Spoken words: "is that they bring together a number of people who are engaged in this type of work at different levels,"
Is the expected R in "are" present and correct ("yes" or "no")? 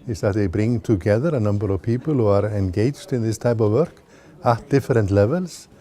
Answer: yes